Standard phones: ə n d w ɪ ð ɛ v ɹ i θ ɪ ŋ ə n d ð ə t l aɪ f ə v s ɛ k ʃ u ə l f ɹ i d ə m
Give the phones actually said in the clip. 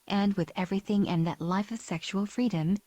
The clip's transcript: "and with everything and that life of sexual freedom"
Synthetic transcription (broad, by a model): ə n w ɪ ð ɛ v ɹ i θ ɪ ŋ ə n ð ə t l aɪ f ə v s ɛ k ʃ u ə l f ɹ i d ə m